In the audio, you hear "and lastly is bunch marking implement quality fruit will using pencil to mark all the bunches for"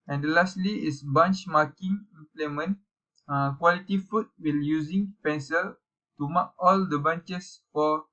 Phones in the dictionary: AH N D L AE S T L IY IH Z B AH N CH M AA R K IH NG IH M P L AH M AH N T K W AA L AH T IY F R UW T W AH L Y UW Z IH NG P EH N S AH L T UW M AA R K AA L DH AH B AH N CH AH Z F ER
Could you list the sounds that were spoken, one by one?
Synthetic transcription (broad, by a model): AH N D L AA S T L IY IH S B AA N CH M AA K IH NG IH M P L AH M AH N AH K W AA L AH T IY F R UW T W AH L Y UW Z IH NG P EH N S AH L T UW M AA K AA L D AH B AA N CH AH S F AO